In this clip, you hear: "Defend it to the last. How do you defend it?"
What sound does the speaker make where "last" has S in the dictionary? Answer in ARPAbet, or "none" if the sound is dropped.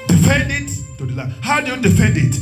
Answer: none